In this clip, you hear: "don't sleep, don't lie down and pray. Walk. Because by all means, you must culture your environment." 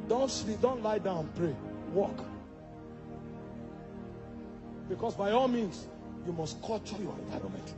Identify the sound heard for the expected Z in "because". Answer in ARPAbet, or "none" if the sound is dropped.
S